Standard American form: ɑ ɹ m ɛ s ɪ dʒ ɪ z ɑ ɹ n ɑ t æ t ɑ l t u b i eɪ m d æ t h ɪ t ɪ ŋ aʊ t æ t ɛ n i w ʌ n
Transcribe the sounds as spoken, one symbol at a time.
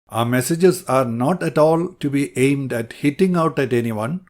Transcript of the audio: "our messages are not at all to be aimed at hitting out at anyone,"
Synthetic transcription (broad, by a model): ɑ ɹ m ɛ s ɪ dʒ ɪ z ɑ ɹ n ɑ t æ t ɑ l t u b i eɪ m d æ t h ɪ t ɪ ŋ aʊ t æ t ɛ n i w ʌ n